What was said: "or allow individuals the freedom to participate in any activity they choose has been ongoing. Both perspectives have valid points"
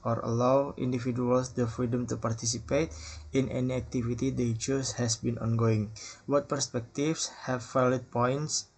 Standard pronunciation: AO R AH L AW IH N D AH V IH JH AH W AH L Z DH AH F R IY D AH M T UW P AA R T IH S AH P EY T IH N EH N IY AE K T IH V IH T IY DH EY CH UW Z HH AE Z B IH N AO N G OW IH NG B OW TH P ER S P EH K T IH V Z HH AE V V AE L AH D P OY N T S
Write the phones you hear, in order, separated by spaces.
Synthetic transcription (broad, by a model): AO R AH L AW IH N D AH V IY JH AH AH L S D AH F R IY D AH M T UW P AA R T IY S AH P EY T IH N EH N IY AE K T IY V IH T IY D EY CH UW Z HH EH S B IH N AO N G OW IH NG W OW T P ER S P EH K T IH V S HH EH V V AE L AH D P OY N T S